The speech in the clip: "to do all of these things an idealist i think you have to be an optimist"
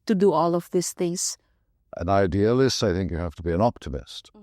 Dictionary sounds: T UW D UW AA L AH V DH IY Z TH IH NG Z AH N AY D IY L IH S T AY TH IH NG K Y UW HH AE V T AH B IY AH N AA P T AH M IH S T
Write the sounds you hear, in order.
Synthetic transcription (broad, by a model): T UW D UW AA L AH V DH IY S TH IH NG S AH N AY D IY L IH S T AY TH IH NG K Y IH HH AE F T AH B IY AH N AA P T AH M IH S T